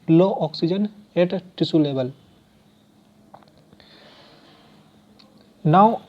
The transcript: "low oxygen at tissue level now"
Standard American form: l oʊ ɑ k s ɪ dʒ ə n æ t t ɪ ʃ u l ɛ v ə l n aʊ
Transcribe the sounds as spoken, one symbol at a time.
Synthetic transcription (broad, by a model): l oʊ ɑ k s ɪ dʒ ə n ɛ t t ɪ s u l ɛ b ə l n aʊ